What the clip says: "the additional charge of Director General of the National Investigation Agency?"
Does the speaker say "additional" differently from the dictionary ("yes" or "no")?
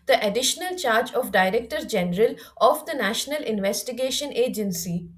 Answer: no